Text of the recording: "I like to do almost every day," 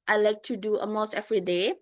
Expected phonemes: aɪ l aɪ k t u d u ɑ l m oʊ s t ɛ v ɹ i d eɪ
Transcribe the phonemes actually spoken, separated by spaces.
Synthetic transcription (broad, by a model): aɪ l aɪ k t u d u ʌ m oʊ s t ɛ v ɹ i d eɪ